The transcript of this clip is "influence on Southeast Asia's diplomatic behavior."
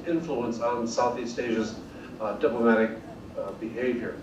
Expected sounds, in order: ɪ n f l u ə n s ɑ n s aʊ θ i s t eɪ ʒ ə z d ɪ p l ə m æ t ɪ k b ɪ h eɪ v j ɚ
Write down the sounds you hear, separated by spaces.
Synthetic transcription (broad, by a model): ɪ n f l u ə n s n s aʊ θ i s t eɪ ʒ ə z d ɪ p l ə m æ t ɪ k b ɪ h eɪ v j ɚ